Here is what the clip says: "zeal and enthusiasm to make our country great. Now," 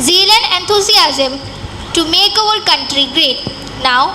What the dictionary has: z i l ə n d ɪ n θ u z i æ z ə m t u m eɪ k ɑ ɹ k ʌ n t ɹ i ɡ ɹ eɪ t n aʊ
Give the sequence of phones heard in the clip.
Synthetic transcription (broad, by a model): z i l ə n d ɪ n t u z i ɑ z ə m t u m eɪ k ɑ l k ʌ n t ɹ i ɡ ɹ eɪ t n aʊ